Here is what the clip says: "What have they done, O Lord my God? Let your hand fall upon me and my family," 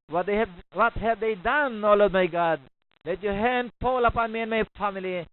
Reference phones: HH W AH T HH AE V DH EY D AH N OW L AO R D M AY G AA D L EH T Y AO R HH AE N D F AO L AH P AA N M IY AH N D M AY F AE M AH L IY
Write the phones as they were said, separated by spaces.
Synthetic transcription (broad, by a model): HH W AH T HH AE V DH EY D AH N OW L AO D M AY G AA D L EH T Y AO HH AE N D P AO L AH P AA N M IY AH N M AY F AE M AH L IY